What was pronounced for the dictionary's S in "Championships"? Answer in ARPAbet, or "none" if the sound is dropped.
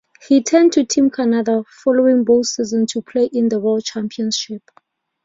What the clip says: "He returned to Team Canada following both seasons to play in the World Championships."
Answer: none